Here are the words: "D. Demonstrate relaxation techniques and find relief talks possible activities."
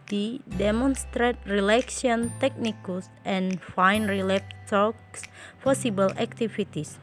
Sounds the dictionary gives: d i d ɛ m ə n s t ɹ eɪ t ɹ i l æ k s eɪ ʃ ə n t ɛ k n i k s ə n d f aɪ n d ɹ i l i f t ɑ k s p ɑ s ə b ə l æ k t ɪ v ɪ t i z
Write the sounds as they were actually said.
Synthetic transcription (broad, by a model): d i d ɛ m ə n s t ɹ eɪ t ɹ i l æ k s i ə n t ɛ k n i k s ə n f aɪ n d ɹ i l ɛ p t ɑ k s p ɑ s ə b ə l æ k t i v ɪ t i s